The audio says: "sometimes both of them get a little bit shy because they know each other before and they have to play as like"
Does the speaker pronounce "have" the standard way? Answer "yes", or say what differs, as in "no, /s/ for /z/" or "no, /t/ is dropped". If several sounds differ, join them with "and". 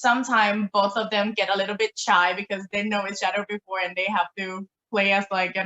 no, /f/ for /v/